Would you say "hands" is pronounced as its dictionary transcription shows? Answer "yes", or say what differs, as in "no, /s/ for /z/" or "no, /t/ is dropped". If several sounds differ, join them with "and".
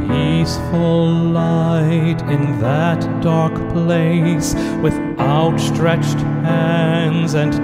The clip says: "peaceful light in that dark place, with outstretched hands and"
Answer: yes